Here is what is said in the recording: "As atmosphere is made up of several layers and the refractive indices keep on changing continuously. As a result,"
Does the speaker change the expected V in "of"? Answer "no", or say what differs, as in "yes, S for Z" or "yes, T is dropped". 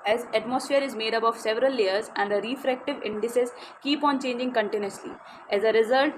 no